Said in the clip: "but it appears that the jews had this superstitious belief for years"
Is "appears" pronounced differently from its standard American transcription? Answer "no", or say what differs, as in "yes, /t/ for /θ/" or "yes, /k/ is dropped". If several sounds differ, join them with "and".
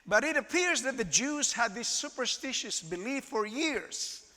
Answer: no